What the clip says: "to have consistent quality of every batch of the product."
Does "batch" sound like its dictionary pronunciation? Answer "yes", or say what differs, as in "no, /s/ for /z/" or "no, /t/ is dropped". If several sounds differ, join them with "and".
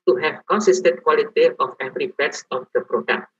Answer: no, /s/ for /tʃ/